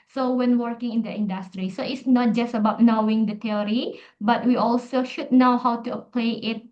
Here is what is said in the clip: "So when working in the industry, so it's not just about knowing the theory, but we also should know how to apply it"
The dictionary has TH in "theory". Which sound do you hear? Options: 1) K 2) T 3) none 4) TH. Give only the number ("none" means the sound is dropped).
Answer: 2